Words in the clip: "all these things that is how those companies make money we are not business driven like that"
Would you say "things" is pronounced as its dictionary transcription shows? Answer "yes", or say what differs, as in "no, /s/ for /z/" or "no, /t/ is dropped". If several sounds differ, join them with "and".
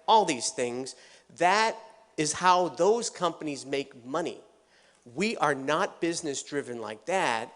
yes